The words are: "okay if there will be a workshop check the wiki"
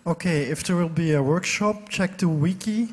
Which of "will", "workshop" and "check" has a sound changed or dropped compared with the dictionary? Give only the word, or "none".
none